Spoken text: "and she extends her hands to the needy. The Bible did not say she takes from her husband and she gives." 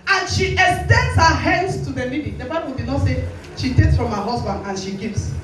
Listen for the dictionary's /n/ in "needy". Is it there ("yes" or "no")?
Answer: no